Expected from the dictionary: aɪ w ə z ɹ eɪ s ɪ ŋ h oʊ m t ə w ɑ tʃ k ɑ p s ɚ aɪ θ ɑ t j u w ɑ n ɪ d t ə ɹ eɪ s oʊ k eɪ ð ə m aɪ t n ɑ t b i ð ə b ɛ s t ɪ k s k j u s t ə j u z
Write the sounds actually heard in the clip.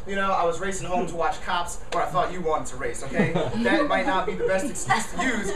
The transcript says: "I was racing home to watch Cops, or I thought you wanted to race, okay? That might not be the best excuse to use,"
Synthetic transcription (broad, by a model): aɪ w ə z ɹ eɪ s ɪ ŋ h oʊ m t ə w ɑ tʃ k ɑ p s ɚ aɪ θ ɑ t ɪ w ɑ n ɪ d t ə ɹ eɪ s oʊ k eɪ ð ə m aɪ t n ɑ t b i ð ə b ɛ s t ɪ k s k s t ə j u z